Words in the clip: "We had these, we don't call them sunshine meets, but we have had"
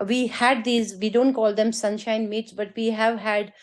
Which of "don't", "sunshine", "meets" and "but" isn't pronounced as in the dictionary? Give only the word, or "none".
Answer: none